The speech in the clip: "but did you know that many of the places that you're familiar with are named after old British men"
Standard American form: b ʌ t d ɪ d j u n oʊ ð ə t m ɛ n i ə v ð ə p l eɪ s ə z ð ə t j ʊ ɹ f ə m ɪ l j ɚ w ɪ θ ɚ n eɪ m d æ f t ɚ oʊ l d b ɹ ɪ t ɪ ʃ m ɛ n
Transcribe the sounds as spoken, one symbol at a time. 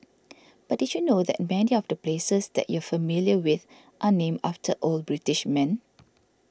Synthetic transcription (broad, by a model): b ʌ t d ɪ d j u n oʊ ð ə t m ɛ n i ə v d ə p l eɪ s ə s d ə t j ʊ f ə m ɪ l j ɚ w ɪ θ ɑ n eɪ m ɑ f t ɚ oʊ l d b ɹ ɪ t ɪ ʃ m ɛ n